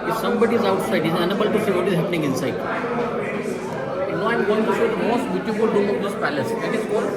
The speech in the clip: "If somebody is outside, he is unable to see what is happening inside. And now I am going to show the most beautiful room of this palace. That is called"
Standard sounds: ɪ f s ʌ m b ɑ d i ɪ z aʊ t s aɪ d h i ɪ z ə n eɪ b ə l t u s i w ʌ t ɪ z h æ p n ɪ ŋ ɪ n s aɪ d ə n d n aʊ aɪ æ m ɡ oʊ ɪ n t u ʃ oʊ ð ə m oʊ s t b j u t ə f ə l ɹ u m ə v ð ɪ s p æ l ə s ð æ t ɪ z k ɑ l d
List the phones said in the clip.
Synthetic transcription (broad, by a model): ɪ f s ʌ m b ɑ d i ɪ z aʊ t s aɪ d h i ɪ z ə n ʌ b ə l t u s i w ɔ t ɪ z h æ p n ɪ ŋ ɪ n s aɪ ə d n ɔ aɪ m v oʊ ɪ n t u s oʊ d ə m oʊ s t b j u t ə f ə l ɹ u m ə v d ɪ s p æ l ə s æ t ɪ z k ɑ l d